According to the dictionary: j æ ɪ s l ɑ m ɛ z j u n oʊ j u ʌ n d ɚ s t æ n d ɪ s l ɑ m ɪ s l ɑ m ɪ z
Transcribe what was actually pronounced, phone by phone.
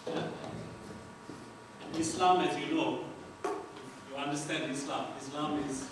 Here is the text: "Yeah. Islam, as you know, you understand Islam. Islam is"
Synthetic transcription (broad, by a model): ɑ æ ɪ s l ɑ m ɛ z j u l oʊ j u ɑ n d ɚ s t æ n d ɪ s l ɑ m ɪ s l ɑ m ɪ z